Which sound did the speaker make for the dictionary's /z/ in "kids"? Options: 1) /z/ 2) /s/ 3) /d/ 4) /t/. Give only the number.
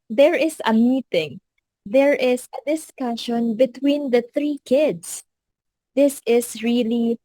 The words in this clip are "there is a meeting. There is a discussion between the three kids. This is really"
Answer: 2